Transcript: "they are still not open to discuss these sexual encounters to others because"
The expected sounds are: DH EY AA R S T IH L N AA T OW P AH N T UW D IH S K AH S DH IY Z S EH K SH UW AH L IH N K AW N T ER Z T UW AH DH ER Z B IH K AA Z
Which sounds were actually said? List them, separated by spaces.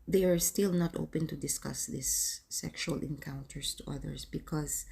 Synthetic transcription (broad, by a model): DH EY AA R S T IH L N AA T OW P AH N T UW D IH S K AH S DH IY S EH K SH UW AH L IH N K AW N T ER S T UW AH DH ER S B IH K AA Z